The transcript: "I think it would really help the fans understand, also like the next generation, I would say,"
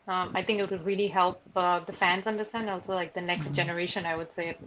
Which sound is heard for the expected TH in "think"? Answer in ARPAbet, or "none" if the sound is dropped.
TH